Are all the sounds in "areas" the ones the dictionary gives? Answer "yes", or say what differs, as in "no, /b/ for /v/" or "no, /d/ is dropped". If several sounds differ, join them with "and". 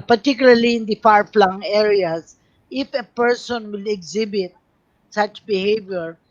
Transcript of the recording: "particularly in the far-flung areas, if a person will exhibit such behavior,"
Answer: no, /s/ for /z/